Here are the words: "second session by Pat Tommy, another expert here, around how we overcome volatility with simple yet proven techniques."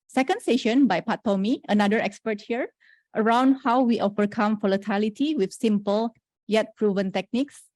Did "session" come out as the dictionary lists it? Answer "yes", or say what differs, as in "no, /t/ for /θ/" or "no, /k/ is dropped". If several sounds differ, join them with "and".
yes